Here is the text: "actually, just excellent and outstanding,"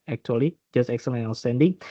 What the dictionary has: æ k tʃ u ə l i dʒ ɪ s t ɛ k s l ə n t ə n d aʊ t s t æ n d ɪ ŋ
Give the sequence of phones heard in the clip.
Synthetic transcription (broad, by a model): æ k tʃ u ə l i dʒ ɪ s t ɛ k s ə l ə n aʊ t s t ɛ n d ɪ ŋ